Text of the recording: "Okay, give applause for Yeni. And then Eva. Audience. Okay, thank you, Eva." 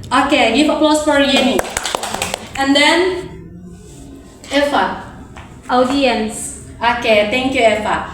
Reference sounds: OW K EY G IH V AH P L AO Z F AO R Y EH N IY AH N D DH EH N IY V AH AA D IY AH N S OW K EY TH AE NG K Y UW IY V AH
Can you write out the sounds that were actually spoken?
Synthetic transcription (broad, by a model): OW K EY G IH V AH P L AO S F AO R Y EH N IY AH N D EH N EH F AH AA D IY AH N S OW K EY T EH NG K Y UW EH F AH